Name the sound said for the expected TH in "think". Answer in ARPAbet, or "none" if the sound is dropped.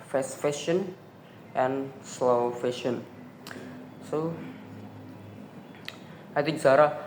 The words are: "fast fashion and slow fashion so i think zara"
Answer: T